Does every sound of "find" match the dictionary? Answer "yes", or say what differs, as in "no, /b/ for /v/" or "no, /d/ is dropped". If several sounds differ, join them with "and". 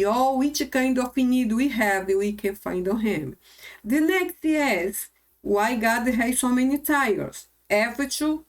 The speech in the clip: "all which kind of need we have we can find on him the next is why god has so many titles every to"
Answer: yes